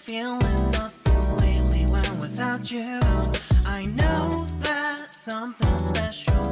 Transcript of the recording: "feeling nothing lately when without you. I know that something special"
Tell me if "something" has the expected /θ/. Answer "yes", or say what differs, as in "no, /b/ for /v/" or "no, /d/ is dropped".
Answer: yes